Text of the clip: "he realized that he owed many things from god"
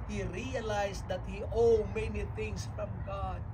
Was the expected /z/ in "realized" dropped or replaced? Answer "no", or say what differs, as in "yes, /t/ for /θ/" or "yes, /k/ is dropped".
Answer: yes, /s/ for /z/